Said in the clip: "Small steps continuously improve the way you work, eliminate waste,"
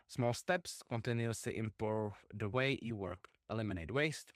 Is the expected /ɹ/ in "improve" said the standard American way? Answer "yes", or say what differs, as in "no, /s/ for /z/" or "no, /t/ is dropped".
no, /ɹ/ is dropped